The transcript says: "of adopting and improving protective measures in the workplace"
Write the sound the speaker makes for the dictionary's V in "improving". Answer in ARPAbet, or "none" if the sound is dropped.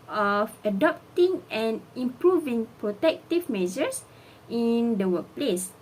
V